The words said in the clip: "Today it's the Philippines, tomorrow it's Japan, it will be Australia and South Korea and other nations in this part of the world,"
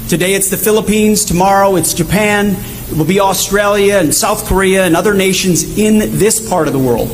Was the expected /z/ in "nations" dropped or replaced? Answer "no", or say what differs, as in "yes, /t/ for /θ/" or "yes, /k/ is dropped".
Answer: no